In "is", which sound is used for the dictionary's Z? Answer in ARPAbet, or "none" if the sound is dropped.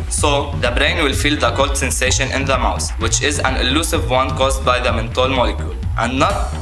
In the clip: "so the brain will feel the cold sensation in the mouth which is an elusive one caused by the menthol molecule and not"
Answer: Z